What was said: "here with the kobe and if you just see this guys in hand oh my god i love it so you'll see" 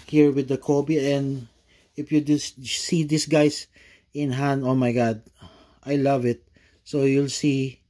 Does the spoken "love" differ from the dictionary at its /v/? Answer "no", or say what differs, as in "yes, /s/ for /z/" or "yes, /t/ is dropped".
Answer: no